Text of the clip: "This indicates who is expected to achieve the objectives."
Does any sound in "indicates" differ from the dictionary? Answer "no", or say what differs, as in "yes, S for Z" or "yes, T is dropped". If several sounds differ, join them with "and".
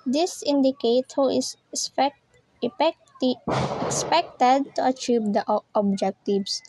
yes, S is dropped